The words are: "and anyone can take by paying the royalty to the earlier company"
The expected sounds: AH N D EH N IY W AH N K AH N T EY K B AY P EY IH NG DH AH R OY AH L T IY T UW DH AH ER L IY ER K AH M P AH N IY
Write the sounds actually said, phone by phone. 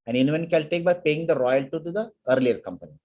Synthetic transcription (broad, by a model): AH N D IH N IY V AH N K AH L T EY K B AY P EY IH NG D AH R OY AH L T T UW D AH ER L IY ER K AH M P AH N IY